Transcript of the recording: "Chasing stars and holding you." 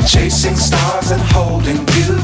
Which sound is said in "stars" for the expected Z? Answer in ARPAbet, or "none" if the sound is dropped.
Z